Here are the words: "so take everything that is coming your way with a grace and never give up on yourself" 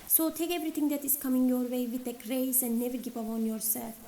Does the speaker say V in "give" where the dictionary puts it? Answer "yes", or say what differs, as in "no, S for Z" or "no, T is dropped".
no, P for V